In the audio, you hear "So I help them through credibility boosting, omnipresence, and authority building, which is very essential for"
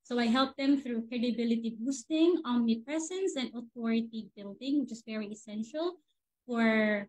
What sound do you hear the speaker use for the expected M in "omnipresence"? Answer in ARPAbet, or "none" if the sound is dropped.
none